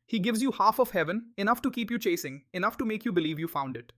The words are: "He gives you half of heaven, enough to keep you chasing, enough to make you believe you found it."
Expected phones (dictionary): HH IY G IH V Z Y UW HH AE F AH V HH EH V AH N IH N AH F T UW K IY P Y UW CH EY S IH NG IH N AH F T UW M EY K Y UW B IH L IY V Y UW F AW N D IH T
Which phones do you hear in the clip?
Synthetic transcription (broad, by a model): HH IY G IH V Z Y UW HH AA F AH V HH EH V AH N IH N AH F T UW K IY P Y UW CH EY S IH NG IH N AH F T UW M EY K Y UW B IH L IY V Y UW F AW N D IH T